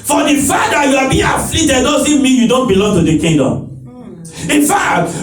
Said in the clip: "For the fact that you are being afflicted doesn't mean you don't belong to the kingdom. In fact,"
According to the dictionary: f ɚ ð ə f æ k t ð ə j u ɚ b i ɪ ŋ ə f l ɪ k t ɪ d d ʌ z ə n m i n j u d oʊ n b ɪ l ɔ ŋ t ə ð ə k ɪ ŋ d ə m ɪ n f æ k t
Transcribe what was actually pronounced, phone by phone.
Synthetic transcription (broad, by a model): f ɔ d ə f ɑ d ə j u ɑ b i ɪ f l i t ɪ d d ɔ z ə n m i n j u d oʊ n b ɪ l ɔ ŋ t ə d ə k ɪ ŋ d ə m ɪ n f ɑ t